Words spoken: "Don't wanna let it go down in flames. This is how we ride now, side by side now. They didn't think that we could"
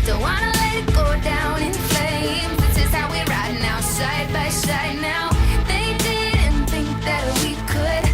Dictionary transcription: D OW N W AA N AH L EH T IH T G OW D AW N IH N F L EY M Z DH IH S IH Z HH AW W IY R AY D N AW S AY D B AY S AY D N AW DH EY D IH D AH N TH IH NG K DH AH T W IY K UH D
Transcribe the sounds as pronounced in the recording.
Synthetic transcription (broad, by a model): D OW W AA N AH L EH T IH T G OW D AW N IH N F EY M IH IH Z HH AW W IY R AY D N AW S AY D B AY S AY D N AW DH EY D IH D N TH IH NG K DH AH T W IY K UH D